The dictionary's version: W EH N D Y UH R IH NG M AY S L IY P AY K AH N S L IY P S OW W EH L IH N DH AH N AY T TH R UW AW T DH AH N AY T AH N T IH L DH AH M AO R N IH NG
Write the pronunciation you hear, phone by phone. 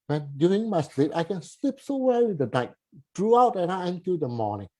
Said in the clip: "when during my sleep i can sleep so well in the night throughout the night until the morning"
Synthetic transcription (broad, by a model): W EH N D Y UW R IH NG M AY S L IY P AY K AH N S L IY P S OW W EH W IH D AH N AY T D R UW AW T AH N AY AH N T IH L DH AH M AO N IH NG